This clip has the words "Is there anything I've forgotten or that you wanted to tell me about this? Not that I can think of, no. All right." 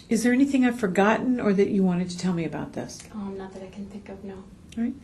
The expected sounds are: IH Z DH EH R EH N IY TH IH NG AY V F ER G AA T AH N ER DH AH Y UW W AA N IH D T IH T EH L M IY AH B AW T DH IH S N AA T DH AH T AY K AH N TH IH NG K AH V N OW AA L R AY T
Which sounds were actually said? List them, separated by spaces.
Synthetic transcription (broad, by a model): IH Z DH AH R EH N IY TH IH NG AY V F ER G AA T N ER DH AH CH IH W AA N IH D T IH T EH L M IY AH B AW T DH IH S N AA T DH AH T AY K N TH IH NG K AH V N OW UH R AY T